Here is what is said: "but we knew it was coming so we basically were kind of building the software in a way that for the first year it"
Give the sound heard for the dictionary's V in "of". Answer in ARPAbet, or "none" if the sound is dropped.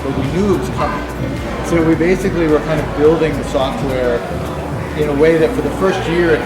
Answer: V